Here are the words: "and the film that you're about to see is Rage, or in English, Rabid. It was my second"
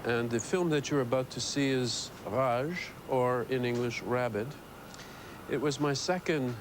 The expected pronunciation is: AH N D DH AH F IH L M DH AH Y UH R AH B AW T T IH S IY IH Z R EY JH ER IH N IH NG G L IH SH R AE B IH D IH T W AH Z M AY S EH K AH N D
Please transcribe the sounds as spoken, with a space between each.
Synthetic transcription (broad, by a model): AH N DH AH F IH L M DH AH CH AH R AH B AW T T IH S IY IH Z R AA ZH ER IH N IH NG G L IH SH R AE B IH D IH T W AH Z M AY S EH K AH N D